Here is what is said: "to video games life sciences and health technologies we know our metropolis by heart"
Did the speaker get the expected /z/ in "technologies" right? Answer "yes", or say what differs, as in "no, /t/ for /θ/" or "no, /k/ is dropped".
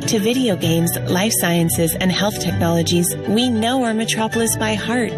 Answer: yes